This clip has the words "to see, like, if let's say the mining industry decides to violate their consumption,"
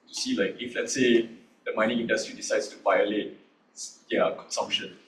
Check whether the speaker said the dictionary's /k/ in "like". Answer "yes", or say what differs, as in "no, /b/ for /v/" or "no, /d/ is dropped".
yes